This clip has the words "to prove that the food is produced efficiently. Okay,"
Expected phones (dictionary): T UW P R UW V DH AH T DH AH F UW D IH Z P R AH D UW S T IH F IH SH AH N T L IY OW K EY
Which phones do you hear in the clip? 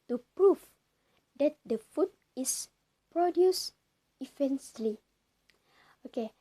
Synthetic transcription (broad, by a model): T UW P R UW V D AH T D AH F UW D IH S P R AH D UW S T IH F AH N S L IY OW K EY